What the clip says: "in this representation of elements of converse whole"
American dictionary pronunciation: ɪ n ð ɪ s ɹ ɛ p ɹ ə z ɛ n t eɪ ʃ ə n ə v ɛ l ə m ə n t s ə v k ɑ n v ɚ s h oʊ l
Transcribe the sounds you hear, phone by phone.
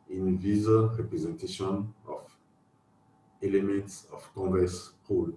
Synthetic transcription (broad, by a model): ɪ n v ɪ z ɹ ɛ p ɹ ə z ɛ n t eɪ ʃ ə n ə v ɛ l ə m ə n t s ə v k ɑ v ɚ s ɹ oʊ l